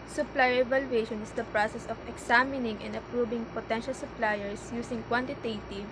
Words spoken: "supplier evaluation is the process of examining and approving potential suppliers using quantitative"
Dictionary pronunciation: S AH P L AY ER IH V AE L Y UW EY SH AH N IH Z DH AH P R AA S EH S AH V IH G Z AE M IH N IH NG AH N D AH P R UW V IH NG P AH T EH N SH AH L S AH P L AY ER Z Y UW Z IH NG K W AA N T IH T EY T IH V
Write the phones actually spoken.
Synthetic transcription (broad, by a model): S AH P L AY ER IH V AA L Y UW EY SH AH N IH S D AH P R AA S EH S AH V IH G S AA M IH N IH NG AH N D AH P R UW B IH NG P AH T EH N SH AH L S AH P L AY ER S Y UW S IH NG K W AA N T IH T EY T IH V